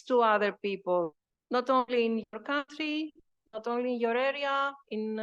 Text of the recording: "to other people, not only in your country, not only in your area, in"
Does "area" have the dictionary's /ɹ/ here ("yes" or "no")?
yes